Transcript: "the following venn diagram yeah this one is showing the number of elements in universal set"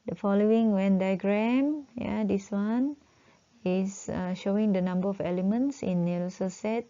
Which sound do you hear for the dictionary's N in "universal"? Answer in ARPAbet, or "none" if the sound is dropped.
L